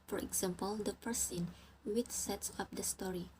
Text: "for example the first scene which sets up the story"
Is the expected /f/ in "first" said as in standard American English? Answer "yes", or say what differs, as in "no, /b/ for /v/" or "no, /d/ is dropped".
no, /p/ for /f/